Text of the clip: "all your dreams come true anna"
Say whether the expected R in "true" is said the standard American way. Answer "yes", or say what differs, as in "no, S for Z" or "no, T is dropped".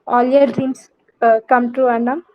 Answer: no, R is dropped